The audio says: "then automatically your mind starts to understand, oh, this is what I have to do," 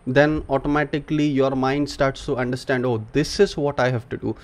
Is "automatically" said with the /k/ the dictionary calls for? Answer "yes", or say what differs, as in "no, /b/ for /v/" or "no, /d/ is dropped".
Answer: yes